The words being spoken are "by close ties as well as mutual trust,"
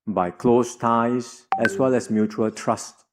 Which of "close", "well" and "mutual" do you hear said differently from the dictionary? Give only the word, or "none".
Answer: none